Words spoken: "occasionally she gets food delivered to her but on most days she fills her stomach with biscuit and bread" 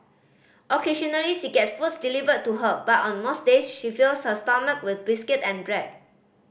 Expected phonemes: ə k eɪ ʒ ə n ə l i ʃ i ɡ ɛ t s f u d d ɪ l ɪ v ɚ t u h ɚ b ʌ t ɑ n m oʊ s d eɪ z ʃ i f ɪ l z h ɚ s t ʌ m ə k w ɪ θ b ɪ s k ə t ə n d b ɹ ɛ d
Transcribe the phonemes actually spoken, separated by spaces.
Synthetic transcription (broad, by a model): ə k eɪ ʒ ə n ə l i ʃ i ɡ ɛ t f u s d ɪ l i v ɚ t u h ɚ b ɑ t ɑ n m oʊ s d eɪ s ʃ i f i l s h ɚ s t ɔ m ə k w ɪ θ b ɪ s k ə t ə n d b ɹ ɛ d